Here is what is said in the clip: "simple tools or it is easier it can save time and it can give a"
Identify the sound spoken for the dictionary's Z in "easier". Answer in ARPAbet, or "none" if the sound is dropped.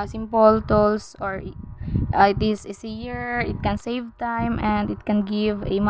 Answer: S